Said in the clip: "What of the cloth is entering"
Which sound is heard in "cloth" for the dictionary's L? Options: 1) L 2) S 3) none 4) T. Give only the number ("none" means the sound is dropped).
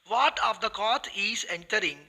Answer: 3